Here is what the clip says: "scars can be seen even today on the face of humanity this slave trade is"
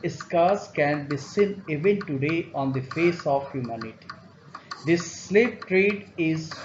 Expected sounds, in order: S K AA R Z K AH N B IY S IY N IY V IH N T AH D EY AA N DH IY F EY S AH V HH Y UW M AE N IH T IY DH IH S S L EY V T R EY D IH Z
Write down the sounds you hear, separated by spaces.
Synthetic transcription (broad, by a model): S K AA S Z K AH N B IY S IY N IY V IH N T AH D EY AA N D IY F EY S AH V HH Y UW M AE N IH T IY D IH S S L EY P T R EY D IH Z